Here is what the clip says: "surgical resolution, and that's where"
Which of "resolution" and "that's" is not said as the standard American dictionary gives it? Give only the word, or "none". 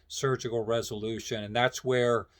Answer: none